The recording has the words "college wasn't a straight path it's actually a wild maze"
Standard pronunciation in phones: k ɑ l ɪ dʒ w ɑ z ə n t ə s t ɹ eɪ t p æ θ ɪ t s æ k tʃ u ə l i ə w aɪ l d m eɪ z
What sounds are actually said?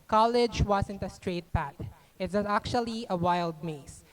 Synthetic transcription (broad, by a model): k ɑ l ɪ dʒ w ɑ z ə n t ə s t ɹ eɪ t p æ t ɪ t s æ k tʃ u ə l i ə w aɪ l d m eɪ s